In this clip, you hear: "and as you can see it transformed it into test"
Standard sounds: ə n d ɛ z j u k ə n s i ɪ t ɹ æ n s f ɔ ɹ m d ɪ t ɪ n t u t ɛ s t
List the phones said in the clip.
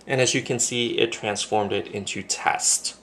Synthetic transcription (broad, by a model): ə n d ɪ z j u k ə n s i ɪ t ɹ æ n s f ɔ ɹ m d ɪ t ɪ n t u t ɛ s t